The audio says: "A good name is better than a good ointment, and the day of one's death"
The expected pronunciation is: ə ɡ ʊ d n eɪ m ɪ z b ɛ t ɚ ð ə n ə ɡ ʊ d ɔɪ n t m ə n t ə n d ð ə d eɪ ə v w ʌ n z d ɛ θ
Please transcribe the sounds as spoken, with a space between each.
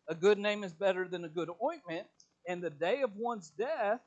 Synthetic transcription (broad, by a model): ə ɡ ʊ d n eɪ m ɪ z b ɛ t ɚ ð ə n ə ɡ ʊ d ɔɪ n m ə n t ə n ð ə d eɪ ə v w ʌ n z d ɛ θ